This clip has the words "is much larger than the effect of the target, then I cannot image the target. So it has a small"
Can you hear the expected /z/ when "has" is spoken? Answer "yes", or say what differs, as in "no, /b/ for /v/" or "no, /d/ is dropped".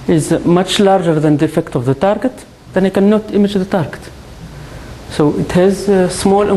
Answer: yes